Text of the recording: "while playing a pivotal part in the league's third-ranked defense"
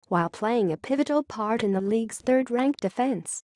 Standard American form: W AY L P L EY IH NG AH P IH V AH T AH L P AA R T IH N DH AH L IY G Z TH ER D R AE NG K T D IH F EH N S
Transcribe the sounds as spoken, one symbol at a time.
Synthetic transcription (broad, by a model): W AY L P L EY IH NG AH P IH V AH T L P AA R T IH N DH AH L IY G Z TH ER D R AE NG K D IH F EH N S